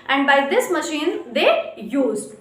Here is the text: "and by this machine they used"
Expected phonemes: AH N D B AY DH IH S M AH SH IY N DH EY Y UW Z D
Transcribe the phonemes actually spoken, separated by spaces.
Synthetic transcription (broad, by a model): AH N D B AY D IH S M AH SH IY N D EY Y UW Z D